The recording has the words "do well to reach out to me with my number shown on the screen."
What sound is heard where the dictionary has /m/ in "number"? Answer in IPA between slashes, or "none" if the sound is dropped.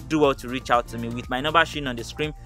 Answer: none